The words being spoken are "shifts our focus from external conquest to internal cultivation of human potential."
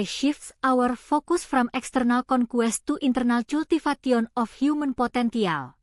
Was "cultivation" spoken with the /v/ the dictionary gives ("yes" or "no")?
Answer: no